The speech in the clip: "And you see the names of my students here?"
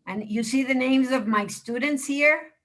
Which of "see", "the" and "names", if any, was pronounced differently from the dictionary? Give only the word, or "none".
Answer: none